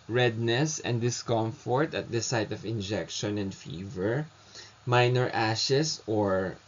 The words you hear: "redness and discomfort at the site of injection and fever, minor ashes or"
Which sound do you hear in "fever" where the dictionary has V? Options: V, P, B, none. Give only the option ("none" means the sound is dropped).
V